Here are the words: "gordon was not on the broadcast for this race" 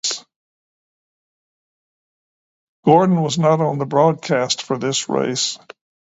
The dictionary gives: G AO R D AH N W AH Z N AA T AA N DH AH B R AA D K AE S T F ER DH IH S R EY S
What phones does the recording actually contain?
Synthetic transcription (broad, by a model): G AO R D N W AH Z N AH T N DH AH B R AA D K AE S T F ER DH IH S R EY S